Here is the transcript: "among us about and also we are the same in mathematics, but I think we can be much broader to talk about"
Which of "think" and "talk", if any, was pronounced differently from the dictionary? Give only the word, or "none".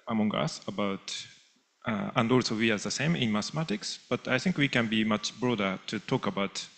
none